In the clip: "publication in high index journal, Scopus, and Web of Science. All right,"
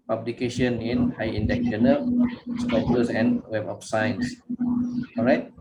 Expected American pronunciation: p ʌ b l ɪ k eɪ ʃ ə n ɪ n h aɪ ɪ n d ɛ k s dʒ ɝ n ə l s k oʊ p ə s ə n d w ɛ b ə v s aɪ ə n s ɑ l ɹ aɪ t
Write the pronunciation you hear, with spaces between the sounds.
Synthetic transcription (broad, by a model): p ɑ b l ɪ k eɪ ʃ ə n ɪ n h aɪ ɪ n d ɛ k dʒ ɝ n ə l s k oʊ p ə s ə n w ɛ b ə f s aɪ n s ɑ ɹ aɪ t